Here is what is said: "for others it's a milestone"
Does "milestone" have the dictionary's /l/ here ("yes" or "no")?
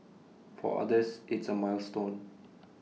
yes